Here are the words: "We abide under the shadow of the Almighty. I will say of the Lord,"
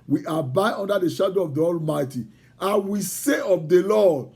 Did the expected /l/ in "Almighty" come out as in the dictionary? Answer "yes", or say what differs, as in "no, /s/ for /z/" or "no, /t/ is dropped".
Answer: yes